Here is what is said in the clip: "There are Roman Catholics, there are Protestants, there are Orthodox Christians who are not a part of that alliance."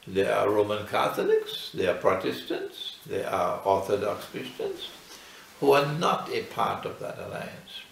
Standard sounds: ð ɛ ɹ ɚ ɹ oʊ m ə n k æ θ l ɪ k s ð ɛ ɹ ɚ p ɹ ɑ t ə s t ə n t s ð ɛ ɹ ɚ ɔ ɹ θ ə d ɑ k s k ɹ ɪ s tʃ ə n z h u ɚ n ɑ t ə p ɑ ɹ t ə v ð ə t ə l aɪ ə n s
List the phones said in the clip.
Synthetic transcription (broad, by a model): ð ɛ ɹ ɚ ɹ oʊ m ə n k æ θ l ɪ k s ð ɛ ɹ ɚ p ɹ ɑ t ə s t ə n t s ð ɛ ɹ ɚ ɔ ɹ θ ə d ɑ k s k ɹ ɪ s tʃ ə n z h u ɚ n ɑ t ə p ɑ ɹ t ə v ð ə t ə l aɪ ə n s